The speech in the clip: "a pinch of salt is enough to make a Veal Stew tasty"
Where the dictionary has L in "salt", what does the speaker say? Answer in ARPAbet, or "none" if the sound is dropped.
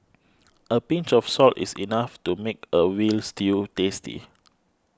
L